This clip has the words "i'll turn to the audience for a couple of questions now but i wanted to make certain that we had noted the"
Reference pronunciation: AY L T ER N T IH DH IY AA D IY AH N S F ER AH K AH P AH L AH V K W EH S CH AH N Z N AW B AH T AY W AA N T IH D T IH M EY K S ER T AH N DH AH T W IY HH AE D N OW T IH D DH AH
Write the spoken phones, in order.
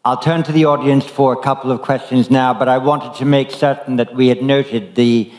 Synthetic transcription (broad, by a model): AY L T ER N T IH DH IY AA D IY AH N S F ER AH K AH P L AH V K W EH S CH AH N Z N AW B AH T AY W AA N T IH D T IH M EY K S ER T N DH AH T W IY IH D N OW T IH D DH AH